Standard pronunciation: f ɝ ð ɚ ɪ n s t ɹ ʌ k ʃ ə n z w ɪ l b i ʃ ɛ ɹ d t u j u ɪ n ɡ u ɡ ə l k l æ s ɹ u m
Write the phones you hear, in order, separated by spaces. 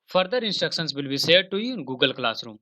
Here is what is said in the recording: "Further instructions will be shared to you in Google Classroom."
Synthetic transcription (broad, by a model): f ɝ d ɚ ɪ n s t ɹ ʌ k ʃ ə n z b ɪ l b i s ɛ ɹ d t u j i ɪ n ɡ u ɡ ə l k l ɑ s ɹ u m